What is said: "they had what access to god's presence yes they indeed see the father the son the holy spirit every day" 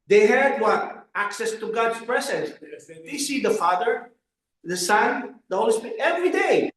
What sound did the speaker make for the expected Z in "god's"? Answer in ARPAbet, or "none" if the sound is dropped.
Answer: S